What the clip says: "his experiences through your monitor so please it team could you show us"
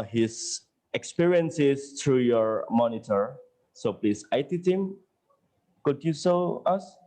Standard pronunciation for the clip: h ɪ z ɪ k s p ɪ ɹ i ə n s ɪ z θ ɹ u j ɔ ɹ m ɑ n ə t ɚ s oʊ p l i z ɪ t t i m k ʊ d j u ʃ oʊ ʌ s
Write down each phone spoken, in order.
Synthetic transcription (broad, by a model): h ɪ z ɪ k s p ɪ ɹ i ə n s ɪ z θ ɹ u j ɔ ɹ m ɑ n ə t ɚ s oʊ p l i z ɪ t t i m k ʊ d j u s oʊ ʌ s